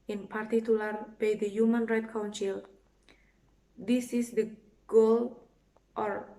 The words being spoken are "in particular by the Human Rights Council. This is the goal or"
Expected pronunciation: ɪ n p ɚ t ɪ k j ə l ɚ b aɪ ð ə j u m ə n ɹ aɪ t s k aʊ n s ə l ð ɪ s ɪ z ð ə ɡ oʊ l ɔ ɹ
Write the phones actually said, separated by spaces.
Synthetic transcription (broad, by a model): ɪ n p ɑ t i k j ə l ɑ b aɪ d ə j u m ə n ɹ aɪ t k aʊ n s ə l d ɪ s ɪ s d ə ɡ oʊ l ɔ ɹ